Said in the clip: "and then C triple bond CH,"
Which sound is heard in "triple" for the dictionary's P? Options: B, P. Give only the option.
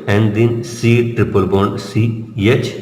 P